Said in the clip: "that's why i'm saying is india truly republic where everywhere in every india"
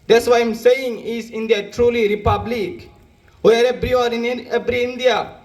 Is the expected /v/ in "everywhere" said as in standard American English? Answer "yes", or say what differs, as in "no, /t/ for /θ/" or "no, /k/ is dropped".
no, /b/ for /v/